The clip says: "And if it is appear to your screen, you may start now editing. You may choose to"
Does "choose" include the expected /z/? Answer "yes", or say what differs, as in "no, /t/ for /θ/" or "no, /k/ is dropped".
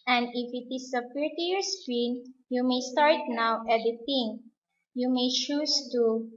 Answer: no, /s/ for /z/